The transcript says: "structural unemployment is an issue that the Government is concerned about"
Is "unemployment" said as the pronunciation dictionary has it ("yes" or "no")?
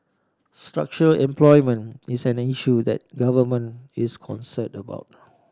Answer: no